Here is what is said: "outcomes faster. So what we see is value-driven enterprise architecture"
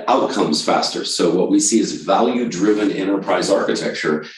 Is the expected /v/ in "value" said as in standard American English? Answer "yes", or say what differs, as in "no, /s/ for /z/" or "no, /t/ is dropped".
yes